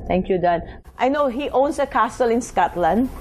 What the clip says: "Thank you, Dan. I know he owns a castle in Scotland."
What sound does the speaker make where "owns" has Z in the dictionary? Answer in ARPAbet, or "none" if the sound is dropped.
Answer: S